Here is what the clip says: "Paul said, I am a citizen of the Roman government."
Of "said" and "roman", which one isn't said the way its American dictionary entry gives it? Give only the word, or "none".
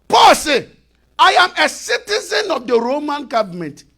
said